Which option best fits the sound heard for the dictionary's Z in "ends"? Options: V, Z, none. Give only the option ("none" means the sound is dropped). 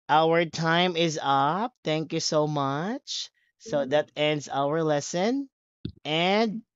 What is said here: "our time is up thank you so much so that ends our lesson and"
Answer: Z